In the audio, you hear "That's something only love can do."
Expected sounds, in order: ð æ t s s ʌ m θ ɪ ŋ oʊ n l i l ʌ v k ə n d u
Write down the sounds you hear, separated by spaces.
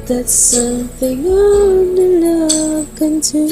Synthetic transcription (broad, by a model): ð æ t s s ʌ m θ ɪ ŋ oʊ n i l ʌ k ə n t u